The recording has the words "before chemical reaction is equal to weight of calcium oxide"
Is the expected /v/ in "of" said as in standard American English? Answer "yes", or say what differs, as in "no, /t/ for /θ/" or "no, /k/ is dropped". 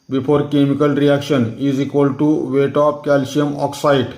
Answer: no, /p/ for /v/